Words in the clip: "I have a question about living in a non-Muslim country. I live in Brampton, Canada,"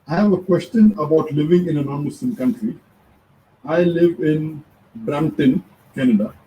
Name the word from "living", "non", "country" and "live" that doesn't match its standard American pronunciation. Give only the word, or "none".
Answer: none